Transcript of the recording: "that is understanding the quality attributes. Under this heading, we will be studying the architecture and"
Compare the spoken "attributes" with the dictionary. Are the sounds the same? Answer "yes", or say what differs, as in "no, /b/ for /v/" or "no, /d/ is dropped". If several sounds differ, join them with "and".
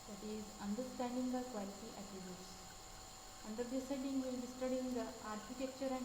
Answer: no, /ɹ/ is dropped